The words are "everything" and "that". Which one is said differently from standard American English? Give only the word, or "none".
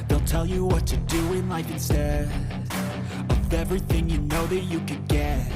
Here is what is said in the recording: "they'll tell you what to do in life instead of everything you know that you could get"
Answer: none